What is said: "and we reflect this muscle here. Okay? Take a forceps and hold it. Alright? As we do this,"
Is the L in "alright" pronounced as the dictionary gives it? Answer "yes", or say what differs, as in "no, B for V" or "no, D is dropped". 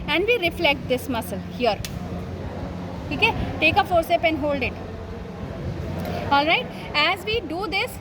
yes